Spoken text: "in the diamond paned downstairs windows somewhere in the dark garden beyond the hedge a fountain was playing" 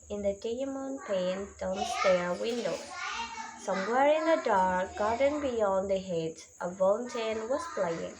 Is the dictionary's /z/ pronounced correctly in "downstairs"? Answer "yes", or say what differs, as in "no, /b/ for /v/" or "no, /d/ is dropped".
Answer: no, /z/ is dropped